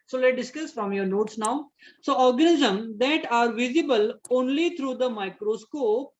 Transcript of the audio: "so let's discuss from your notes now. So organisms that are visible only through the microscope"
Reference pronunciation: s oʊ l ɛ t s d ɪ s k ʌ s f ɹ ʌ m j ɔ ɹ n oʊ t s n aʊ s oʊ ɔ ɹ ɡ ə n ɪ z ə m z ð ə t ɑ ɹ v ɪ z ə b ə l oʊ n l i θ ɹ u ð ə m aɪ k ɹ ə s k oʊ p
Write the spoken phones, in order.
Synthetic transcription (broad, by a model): s oʊ l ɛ t d ɪ s k ʌ s f ɹ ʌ m j ɔ ɹ n oʊ t s n aʊ s oʊ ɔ ɹ ɡ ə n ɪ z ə m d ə t ɑ ɹ v ɪ z ə b ə l oʊ n l i t ɹ u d ə m aɪ k ɹ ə s k oʊ p